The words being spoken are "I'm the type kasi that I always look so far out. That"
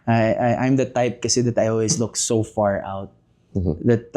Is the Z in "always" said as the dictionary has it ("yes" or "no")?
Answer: no